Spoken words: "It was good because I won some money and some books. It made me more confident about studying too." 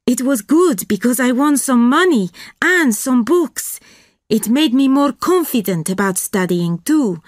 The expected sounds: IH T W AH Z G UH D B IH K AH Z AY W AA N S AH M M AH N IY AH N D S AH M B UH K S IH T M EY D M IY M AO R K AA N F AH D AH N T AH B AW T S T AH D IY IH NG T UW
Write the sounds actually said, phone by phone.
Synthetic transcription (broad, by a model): IH T W AH Z G UH D B IH K AH Z AY W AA N S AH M M AH N IY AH N S AH M B UH K S IH T M EY D M IY M AO R K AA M F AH D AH N T AH B AW T S T AH D IY IH NG T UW